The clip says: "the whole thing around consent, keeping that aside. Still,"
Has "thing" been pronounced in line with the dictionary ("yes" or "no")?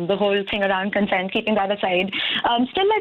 no